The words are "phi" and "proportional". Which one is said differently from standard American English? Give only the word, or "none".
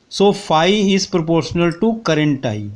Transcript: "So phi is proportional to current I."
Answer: none